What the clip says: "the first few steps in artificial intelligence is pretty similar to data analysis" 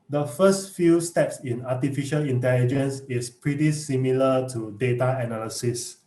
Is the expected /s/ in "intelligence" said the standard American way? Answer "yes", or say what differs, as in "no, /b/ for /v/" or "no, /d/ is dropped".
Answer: yes